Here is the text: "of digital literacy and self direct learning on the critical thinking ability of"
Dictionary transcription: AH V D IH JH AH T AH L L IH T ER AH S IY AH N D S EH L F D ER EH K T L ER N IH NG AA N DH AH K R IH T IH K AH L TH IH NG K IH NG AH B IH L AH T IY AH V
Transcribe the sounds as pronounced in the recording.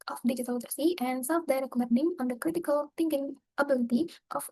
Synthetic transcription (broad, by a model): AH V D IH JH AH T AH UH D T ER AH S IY AH N D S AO F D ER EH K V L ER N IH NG AA N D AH K R IH T IH K AH L T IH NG K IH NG AH B IH L AH T IY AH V